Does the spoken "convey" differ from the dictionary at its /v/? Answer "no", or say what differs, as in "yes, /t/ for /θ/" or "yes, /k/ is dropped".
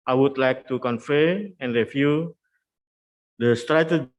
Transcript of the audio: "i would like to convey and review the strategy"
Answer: yes, /f/ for /v/